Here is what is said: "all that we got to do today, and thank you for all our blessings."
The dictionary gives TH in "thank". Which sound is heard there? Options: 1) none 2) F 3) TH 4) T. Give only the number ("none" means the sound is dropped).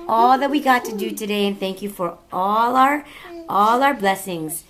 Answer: 3